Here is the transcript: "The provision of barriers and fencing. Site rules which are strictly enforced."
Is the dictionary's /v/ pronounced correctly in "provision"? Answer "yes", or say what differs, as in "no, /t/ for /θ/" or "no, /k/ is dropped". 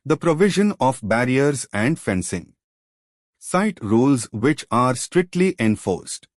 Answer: yes